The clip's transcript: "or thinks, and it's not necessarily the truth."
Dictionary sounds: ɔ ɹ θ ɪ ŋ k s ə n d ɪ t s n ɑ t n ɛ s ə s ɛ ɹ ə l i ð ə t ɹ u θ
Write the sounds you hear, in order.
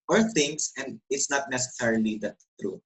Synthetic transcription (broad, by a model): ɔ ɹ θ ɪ ŋ s ə n d ɪ t s n ɑ t n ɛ s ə s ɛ ɹ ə l i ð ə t ɹ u